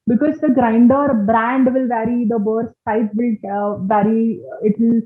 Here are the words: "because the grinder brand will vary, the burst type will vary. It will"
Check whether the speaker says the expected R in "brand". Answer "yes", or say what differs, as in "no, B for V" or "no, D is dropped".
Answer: yes